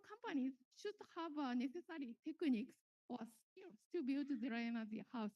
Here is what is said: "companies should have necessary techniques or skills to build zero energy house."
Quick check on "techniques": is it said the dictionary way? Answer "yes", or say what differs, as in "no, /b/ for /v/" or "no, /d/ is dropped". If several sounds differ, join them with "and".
yes